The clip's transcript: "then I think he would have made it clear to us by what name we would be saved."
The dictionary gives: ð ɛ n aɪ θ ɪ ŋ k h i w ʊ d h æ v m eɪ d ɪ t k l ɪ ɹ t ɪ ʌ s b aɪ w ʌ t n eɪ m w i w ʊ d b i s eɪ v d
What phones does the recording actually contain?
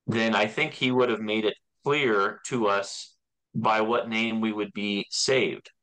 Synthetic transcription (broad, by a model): ð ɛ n aɪ θ ɪ ŋ k h i w ʊ d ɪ v m eɪ d ɪ t k l ɪ ɹ t ɪ ʌ s b aɪ w ʌ t n eɪ m w i w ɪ d b i s eɪ v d